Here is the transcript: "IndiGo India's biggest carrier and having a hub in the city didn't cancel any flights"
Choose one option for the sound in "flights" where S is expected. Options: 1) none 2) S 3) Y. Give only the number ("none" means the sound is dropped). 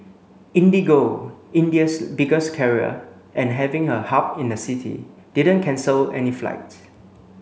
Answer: 1